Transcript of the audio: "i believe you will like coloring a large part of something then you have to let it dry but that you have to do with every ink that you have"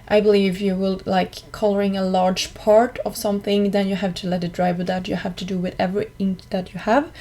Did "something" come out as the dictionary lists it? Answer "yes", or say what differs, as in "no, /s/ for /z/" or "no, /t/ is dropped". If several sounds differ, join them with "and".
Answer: yes